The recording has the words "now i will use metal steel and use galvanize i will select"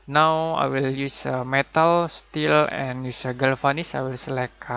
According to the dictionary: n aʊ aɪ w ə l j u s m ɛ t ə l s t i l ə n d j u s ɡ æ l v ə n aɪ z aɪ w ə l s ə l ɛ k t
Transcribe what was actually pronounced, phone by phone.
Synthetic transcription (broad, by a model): n aʊ aɪ w ə l j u s m ɛ t ə l s t i l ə n j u s ɡ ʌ l f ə n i s aɪ w ə l s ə l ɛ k